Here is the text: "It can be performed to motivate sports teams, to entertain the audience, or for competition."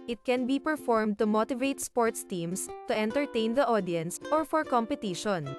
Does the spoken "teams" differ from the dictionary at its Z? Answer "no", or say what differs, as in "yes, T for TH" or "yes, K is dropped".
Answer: yes, S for Z